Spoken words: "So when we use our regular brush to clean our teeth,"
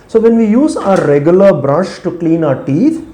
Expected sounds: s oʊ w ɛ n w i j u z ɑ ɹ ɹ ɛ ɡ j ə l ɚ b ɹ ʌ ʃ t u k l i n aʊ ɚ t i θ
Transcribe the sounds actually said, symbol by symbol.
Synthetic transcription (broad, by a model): s oʊ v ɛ n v i j u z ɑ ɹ ɹ ɛ ɡ j ə l ɚ b ɹ ʌ ʃ t u k l i n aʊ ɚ t i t